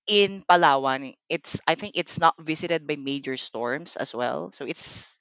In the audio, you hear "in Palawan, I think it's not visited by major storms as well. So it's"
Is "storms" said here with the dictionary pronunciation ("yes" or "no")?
no